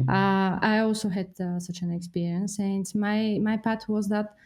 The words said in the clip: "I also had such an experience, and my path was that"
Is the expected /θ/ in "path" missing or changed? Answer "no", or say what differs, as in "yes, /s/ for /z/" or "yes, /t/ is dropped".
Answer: yes, /t/ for /θ/